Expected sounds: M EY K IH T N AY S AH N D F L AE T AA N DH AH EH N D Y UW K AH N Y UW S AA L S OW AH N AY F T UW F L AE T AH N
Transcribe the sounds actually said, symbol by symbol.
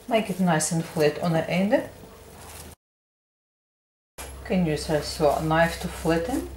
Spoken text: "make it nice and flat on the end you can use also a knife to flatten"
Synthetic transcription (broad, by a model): M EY K IH T N AY S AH N F L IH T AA N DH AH EH N D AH K AH N Y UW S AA S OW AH N AY F T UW F L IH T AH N